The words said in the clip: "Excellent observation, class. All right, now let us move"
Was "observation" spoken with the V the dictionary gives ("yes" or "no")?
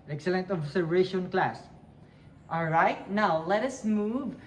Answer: no